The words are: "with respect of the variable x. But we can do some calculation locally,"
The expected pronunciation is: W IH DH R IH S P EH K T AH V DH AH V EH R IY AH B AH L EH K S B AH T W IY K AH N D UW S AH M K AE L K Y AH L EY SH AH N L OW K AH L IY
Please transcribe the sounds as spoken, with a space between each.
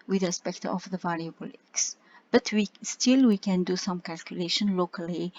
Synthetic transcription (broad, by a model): W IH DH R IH S P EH K T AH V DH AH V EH L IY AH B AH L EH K S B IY T W IY K AH N D UW S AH M K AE L K Y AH L EY SH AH N L OW K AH L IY